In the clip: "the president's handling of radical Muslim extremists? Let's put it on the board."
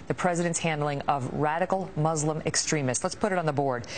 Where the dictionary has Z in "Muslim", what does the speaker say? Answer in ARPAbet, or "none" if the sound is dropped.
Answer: Z